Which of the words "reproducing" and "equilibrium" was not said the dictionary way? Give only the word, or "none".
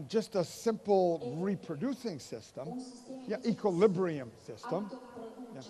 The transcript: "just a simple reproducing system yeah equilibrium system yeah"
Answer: none